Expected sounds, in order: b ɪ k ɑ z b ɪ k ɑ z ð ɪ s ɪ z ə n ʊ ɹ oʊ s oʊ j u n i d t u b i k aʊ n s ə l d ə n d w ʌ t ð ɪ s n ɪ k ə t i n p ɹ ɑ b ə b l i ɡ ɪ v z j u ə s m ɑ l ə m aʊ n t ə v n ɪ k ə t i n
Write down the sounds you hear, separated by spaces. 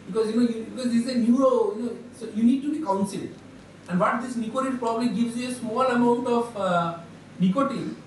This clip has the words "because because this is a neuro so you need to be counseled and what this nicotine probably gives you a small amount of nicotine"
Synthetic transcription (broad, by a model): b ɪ k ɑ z b ɪ k ɑ z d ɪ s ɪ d ə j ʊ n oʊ s oʊ j u n i d t u b i k aʊ n s ə l d ə n d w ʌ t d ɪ s n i k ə t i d p ɹ ɑ b ə b l i ɡ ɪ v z j u ə s m ɑ l ə m aʊ n t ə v n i k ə t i